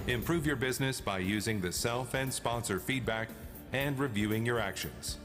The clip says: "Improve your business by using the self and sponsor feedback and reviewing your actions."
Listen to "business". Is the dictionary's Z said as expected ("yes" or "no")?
yes